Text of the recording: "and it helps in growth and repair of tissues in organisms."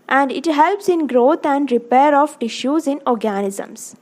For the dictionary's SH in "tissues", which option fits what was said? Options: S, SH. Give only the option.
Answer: SH